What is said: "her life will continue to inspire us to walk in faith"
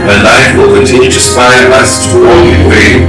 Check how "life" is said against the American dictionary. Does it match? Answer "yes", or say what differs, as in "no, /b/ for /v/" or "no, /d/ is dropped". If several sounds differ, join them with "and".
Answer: no, /n/ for /l/